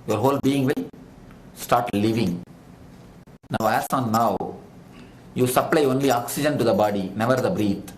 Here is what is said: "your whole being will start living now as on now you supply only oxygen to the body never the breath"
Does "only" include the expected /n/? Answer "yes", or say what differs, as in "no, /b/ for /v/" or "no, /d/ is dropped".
yes